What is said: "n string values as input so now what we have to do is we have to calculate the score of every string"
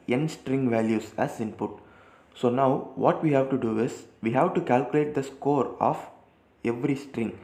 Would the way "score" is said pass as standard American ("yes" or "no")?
yes